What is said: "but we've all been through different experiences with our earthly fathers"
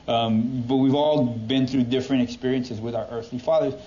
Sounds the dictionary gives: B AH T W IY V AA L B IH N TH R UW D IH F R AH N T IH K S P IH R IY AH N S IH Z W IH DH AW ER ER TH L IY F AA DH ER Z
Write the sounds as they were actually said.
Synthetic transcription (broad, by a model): B AH T W IY V AA L B IH N TH R UW D IH F R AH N T IH K S P IH R IY AH N S IH Z W IH DH AW ER ER TH L IY F AA DH ER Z